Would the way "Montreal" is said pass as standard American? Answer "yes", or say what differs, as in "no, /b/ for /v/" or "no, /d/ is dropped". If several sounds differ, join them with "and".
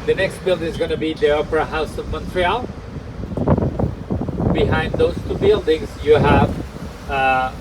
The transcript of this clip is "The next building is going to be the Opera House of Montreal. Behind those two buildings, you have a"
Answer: yes